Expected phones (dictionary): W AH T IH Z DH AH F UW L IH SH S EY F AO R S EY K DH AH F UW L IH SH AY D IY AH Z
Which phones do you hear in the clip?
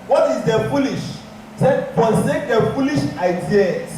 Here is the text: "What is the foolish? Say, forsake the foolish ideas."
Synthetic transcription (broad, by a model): W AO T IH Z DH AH F UW L IH SH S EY P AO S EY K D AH F UW L IH SH AY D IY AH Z